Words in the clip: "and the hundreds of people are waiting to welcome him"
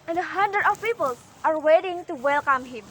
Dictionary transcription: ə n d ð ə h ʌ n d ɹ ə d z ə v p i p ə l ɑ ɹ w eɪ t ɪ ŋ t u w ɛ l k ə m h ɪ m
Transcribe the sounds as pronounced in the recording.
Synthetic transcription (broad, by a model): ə n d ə h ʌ n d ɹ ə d ə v p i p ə l ɑ ɹ w eɪ t ɪ ŋ t u w ɛ l k ə m h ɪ m